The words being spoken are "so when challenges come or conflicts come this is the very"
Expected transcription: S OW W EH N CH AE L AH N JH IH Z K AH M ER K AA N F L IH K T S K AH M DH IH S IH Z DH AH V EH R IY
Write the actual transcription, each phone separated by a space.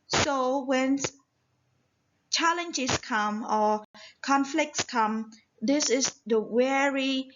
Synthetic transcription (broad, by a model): S OW W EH N CH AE L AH N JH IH S K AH M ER K AA N F L IH K T S K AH M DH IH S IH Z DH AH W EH R IY